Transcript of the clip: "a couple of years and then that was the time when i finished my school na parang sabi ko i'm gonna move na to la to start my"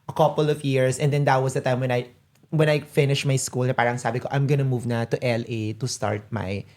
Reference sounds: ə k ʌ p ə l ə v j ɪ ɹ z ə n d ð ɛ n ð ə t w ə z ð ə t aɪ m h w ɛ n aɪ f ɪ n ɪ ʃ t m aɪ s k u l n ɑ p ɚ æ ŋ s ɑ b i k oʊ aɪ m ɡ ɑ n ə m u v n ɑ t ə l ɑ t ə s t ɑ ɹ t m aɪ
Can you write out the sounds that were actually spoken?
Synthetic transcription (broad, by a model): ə k ʌ p ə l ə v j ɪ ɹ s ə n d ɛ n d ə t w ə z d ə t aɪ m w w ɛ n aɪ f ɪ n ɪ ʃ t m aɪ s k u l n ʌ p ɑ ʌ ŋ s ɑ b i k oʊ aɪ m ɡ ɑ n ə m u v n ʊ t ə l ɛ t ə s t ɑ ɹ t m aɪ